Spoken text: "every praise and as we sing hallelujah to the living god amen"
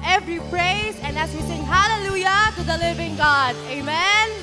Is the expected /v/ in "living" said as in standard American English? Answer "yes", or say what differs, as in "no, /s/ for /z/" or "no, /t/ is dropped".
yes